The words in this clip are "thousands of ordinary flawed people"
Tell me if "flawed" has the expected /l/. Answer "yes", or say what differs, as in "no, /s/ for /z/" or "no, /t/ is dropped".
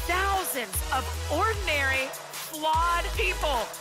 yes